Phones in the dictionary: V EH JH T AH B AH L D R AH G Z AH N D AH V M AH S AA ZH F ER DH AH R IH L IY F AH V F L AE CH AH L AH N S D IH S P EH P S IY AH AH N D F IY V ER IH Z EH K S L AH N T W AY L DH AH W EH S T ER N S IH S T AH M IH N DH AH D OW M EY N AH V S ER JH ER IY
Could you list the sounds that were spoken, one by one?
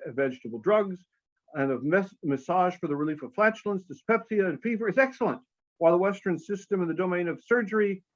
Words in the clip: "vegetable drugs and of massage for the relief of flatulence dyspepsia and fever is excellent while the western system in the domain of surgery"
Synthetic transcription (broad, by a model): V EH JH T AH B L D R AH G Z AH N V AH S M AH S AA ZH F ER DH AH R IH L IY F AH V F L AE CH L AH N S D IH S P EH P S IY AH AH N F IY V ER IH Z EH K S L AH N T W AY L DH AH W EH S T ER N S IH S T AH M IH N DH AH D OW M EY N AH V S ER JH ER IY